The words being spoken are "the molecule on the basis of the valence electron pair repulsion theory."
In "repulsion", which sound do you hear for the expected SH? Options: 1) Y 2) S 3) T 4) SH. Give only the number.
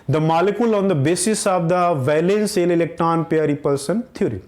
2